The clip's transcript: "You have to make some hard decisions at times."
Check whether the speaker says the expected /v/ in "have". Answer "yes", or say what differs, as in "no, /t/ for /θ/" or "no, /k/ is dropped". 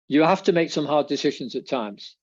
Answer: no, /f/ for /v/